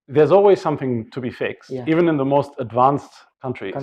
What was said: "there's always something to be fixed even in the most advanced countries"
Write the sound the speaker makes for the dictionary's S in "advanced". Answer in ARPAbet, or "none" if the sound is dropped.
S